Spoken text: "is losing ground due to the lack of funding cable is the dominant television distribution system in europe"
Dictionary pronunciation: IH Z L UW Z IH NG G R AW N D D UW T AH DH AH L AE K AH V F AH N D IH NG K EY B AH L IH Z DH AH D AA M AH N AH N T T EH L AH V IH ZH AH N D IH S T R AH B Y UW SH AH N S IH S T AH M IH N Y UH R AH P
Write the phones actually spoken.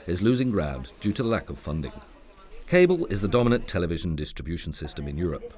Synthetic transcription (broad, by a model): IH Z L UW Z IH NG G R AW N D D UW T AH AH L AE K AH V F AH N D IH NG K EY B AH L IH Z DH AH D AA M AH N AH N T T EH L AH V IH ZH AH N D IH S T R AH B Y UW SH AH N S IH S T AH M IH N Y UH R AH P